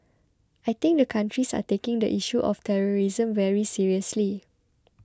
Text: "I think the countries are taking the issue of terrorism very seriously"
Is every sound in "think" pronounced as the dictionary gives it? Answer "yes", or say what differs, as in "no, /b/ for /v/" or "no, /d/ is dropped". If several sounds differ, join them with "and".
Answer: no, /t/ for /θ/